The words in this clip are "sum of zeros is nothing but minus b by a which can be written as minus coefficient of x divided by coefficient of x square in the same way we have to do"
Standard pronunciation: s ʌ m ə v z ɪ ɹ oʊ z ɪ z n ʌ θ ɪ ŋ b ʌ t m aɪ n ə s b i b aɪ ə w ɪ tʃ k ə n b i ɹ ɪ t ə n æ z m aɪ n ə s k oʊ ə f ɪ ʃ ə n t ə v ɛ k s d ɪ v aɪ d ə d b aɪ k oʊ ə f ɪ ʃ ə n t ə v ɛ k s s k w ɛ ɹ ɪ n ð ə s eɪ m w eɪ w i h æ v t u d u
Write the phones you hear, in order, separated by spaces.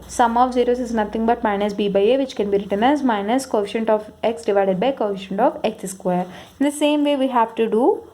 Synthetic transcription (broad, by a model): s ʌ m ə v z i ɹ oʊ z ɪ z n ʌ t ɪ ŋ b ʌ t m aɪ n ə s b i b aɪ ə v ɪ tʃ k ə n b i ɹ ɪ t ə n æ z m aɪ n ə s k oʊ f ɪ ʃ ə n t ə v ɛ k s d ɪ v aɪ d ə d b aɪ k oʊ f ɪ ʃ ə n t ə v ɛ k s s k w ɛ ɹ ɪ n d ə s eɪ m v eɪ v i h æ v t u d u